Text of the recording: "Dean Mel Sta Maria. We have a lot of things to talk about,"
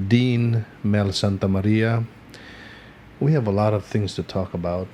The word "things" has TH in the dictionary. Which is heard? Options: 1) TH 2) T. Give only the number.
1